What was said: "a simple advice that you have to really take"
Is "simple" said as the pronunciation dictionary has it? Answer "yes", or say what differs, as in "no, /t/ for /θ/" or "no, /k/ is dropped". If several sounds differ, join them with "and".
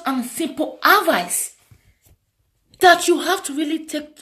yes